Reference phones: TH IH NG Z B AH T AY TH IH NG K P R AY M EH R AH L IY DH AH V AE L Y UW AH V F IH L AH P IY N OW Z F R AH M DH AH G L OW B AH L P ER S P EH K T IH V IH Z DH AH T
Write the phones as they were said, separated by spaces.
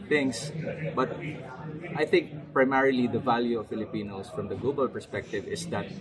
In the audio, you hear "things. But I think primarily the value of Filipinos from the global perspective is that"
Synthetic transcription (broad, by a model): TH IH NG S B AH T AY TH IH NG K P R AY M EH R AH L IY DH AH V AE L Y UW AH V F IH L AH P IY N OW S F R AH M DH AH G L OW B AH L P ER S P EH K T IH V IH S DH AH T